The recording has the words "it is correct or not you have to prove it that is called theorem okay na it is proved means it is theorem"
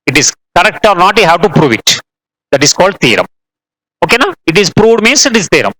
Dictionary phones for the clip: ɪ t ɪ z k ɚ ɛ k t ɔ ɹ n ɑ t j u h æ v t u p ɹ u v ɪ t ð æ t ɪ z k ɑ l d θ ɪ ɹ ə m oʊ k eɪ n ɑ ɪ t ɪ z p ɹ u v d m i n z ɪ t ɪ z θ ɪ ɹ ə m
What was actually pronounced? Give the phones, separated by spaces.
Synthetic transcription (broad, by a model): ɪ t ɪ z k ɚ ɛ k t ɔ ɹ n ɑ t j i h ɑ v t u p ɹ u v ɪ t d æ t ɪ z k ɑ l d t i ɹ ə m oʊ k eɪ n ɑ ɪ t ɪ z p ɹ u v d m i n s ɪ t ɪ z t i ɹ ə m